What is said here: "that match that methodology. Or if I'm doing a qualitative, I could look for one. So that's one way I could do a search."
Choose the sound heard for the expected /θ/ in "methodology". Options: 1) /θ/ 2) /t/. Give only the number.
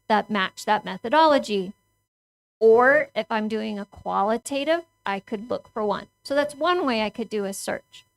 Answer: 1